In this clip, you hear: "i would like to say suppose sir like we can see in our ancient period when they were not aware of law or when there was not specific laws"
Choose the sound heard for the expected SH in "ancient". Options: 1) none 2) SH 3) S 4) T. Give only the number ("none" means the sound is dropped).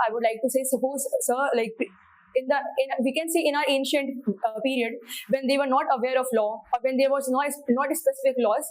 2